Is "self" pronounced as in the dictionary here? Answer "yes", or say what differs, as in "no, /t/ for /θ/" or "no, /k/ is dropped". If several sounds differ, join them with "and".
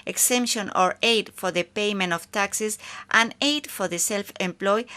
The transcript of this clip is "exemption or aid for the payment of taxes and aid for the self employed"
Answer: yes